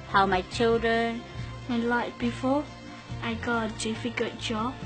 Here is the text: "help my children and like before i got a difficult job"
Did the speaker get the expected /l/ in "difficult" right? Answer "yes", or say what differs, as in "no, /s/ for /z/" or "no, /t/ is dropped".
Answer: no, /l/ is dropped